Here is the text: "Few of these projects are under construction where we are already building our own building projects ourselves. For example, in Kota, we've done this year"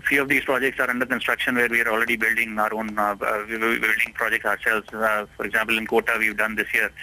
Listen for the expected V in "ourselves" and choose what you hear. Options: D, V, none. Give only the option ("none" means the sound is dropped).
none